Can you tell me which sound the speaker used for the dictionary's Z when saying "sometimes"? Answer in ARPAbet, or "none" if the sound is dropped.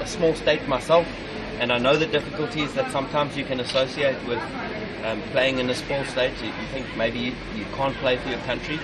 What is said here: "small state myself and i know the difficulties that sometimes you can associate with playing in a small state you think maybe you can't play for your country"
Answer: Z